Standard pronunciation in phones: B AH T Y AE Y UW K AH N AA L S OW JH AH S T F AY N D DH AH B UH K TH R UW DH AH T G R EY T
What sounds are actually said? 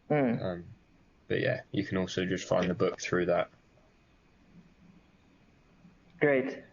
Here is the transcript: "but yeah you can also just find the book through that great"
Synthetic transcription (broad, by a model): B AH T Y AE Y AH K AH N AA L S OW JH AH S T F AY N DH AH B UH K TH R UW DH AH T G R EY T